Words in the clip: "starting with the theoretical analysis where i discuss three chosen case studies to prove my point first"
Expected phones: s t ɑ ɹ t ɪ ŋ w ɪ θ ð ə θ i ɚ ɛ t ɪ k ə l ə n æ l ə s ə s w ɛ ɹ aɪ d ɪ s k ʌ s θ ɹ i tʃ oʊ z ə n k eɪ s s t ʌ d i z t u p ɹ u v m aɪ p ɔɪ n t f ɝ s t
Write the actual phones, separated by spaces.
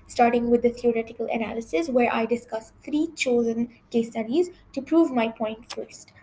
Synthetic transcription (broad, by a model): s t ɑ ɹ t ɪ ŋ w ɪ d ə t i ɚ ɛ t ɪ k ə l ə n æ l ə s ə s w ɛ ɹ aɪ d ɪ s k ʌ s t ɹ i tʃ oʊ z ə n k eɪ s s t ʌ d i z t u p ɹ u v m aɪ p ɔɪ n t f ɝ s t